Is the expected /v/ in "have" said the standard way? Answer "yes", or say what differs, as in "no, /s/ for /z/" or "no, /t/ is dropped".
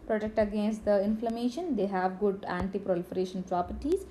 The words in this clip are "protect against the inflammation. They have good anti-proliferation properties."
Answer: yes